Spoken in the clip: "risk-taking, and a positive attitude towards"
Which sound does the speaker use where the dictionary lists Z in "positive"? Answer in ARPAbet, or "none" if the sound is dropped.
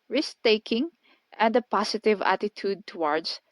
S